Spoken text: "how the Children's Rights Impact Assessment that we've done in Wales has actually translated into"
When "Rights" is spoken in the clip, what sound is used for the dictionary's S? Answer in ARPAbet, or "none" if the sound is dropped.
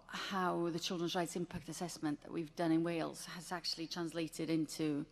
S